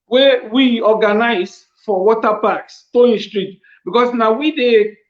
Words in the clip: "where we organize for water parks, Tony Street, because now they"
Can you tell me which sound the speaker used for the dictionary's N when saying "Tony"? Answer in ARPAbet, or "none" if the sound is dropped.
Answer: none